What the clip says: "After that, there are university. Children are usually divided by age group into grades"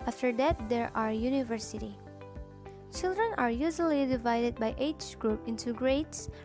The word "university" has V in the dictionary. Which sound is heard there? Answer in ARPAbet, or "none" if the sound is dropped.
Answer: V